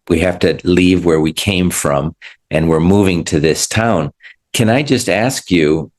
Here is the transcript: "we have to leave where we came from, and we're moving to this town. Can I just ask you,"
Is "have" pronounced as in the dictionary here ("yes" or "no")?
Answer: no